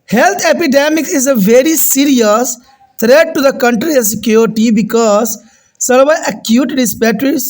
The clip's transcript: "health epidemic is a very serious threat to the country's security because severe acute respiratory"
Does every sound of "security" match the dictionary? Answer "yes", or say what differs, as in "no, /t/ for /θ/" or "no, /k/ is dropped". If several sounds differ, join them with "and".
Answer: no, /ɹ/ is dropped